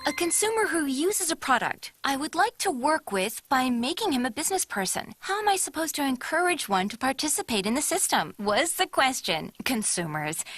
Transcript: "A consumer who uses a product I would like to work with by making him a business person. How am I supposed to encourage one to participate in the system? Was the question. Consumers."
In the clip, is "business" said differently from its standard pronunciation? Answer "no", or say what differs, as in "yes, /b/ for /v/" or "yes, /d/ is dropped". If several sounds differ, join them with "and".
no